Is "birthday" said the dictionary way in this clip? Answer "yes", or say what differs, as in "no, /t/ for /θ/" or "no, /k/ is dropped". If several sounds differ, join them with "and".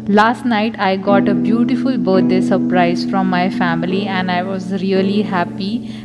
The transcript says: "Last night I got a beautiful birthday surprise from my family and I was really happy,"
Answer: no, /t/ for /θ/